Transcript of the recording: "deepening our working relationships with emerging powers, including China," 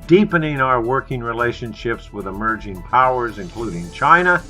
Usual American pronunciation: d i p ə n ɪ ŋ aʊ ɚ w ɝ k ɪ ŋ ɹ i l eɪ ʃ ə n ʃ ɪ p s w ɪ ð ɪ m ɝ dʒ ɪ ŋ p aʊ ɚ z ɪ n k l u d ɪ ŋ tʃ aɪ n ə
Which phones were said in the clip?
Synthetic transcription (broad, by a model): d i p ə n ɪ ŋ aʊ ɚ w ɝ k ɪ ŋ ɹ i l eɪ ʃ ə n ʃ ɪ p s w ɪ ð ɪ m ɝ dʒ ɪ ŋ p aʊ ɚ z ɪ n k l u d ɪ ŋ tʃ aɪ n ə